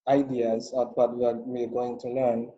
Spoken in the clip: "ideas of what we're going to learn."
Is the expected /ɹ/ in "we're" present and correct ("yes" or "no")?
no